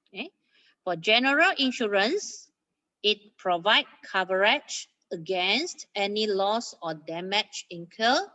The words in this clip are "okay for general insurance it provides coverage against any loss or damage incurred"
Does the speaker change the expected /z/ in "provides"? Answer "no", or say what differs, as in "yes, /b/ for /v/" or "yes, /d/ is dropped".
yes, /z/ is dropped